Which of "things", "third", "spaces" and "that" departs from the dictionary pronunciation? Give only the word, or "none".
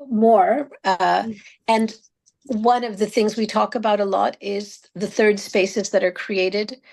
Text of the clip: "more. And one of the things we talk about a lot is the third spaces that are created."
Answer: none